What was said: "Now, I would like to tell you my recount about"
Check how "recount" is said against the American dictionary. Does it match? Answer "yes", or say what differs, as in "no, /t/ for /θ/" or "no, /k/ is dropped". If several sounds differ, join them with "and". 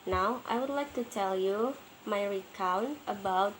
yes